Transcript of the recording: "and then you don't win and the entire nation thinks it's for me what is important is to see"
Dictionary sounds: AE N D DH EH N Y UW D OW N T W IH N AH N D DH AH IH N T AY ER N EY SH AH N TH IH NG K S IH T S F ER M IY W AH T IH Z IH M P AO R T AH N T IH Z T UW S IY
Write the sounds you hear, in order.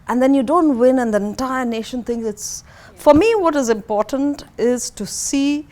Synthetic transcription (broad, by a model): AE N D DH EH N Y UW D OW N T W IH N AH N D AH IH N T AY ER N EY SH AH N T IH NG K IH T S F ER M IY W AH T IH Z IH M P AO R T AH N T IH Z T UW S IY